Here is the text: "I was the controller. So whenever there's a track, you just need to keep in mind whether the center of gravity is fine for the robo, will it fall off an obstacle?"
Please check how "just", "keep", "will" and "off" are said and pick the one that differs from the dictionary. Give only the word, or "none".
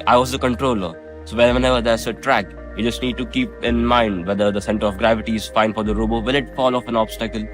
will